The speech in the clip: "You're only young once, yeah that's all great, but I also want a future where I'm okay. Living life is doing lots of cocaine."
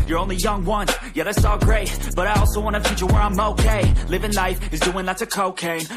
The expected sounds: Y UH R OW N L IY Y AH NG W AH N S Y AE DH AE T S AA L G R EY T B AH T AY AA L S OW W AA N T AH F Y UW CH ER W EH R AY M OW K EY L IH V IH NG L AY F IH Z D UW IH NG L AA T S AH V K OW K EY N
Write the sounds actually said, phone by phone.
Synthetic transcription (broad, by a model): Y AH R OW N L IY Y AH NG W AH N Y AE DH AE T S AA L G R EY T B AH T AY AA L S OW W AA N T AH F Y UW CH ER W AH R AY M OW K EY L IH V IH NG L AY F IH Z D UW IH NG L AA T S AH K OW K EY